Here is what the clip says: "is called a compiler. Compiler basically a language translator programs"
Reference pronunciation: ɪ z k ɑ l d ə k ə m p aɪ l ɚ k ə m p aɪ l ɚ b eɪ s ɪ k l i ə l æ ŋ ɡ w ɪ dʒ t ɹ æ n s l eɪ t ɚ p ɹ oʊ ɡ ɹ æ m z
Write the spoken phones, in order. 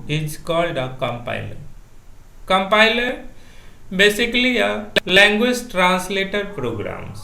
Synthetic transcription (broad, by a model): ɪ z k ɑ l d ə k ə m p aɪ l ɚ k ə m p aɪ l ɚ b eɪ s ɪ k l i ə l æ ŋ ɡ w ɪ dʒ t ɹ æ n s l eɪ t ɚ p ɹ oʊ ɡ ɹ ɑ m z